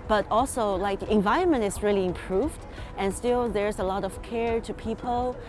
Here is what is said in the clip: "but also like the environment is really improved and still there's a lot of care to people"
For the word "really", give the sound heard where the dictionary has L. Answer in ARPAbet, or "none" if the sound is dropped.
L